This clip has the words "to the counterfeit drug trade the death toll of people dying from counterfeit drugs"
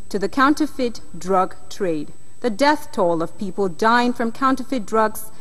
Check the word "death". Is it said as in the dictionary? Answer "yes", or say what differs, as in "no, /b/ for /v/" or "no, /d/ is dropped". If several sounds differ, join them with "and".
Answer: yes